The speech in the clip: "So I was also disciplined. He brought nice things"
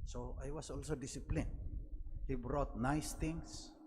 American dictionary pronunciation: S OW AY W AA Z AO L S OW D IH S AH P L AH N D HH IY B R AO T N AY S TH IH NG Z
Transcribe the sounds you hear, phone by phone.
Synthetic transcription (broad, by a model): S OW AY W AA S AO L S OW D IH S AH P L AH N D HH IY B R AO T N AY S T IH NG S